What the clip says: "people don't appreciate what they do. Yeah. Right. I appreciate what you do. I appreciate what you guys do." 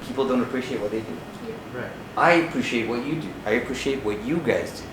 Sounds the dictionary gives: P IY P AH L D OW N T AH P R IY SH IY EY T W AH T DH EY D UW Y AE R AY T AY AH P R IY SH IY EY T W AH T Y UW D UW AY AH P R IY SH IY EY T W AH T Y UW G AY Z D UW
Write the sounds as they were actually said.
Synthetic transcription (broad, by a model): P IY P L D OW N T AH P R IY SH IY EY T W AH T DH EY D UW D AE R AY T AY AH P R IY SH IY EY T W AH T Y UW D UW AY AH P R IY SH IY EY T W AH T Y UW G AY Z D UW